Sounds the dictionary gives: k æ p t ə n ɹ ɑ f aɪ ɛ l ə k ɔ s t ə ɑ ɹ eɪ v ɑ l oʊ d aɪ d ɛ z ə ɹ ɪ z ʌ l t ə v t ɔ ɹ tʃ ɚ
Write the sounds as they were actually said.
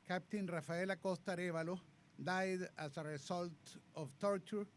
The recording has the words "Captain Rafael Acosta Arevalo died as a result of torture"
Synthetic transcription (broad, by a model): k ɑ p t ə n ɹ ɑ f aɪ l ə k ɔ s t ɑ ɹ eɪ b ɑ l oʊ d aɪ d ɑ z ə ɹ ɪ s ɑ l t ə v t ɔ ɹ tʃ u